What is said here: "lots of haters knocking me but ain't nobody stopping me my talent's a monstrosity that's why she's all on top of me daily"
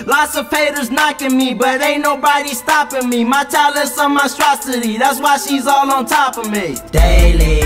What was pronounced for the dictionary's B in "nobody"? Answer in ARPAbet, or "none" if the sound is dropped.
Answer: B